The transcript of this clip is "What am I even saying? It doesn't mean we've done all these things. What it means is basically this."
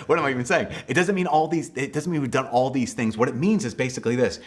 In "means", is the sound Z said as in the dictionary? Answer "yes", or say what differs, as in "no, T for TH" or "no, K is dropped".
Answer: yes